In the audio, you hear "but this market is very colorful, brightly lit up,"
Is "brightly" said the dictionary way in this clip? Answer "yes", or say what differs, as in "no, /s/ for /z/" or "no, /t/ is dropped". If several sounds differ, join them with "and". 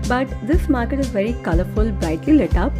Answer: no, /ɹ/ is dropped